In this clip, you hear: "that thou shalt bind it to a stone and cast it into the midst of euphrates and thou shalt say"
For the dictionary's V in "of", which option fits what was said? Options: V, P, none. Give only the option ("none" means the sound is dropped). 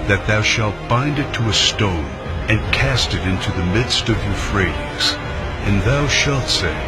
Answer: V